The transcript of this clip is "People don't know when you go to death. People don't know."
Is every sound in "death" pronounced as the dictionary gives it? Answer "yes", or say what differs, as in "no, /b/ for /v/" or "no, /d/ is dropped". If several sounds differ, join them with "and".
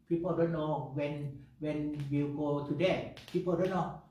no, /t/ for /θ/